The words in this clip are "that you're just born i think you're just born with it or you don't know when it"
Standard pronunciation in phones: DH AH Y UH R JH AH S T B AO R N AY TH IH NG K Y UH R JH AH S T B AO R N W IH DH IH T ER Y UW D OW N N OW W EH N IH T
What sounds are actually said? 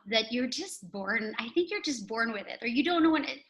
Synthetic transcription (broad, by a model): DH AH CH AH R JH AH S T B AO R N AY TH IH NG K Y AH R JH AH S T B AO R N W IH DH IH T ER Y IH D OW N N OW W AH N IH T